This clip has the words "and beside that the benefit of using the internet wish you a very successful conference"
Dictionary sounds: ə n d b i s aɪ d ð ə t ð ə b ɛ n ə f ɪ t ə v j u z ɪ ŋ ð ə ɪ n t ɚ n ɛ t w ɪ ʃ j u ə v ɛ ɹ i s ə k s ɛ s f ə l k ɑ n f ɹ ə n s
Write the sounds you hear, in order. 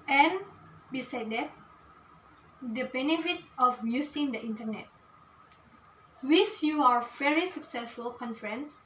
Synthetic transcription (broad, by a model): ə n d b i s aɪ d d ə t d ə b ɛ n ə f ɪ t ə f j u s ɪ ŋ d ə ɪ n t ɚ n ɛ t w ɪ s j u ə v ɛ ɹ i s ə k s ɛ s f ə l k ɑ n f ɹ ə n s